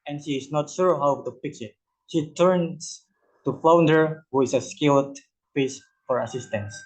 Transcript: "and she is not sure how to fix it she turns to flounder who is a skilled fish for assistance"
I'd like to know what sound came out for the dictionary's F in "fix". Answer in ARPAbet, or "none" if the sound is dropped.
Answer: P